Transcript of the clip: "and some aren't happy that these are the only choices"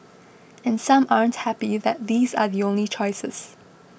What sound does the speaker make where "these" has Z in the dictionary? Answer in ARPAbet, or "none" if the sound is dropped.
Z